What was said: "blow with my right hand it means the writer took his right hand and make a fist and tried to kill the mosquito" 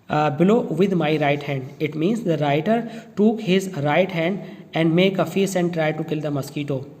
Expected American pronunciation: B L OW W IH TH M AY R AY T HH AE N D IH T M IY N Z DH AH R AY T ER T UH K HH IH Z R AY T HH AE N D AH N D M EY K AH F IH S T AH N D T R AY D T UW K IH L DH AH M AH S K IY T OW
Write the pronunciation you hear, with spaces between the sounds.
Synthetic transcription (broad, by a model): B L OW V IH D M AY R AY T HH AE N D IH T M IY N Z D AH R AY T ER T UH K HH IH Z R AY T HH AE N D AH N D M EY K AH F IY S AH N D T R AY D T UW K IH L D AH M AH S K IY T OW